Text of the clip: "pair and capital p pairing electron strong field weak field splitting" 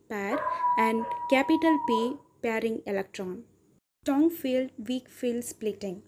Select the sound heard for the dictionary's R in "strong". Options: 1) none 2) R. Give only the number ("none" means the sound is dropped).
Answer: 1